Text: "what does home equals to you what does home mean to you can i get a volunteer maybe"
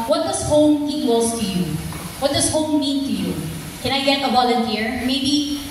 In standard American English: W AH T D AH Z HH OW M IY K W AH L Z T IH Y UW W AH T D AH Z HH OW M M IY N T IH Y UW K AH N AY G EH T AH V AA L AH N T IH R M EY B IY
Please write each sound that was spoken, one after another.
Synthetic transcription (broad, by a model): W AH T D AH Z HH OW M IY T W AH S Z T IH Y UW W AH T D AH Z HH OW M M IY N T IH Y UW K AH N AY G EH T AH B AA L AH N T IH R M EY B IY